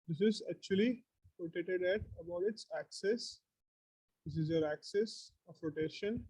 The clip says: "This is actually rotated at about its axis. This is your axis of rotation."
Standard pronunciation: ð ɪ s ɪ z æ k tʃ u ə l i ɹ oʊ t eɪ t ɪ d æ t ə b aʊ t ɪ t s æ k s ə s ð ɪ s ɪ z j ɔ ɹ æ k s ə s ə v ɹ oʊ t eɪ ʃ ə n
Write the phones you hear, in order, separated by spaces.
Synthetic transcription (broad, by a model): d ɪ s ɪ z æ k tʃ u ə l i ɹ oʊ t eɪ t ɪ d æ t ə b aʊ t ɪ t s æ k s ə s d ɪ s ɪ z j ɔ ɹ æ k s ə s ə p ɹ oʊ t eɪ ʃ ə n